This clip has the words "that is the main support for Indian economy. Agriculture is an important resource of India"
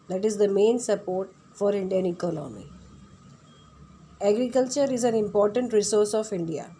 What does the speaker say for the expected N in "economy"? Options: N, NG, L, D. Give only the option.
L